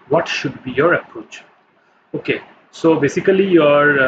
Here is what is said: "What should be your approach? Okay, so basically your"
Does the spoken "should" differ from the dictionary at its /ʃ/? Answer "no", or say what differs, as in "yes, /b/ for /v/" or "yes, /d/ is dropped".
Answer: no